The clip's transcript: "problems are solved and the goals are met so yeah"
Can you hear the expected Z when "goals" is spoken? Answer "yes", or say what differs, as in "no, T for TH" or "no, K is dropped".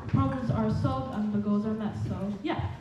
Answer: yes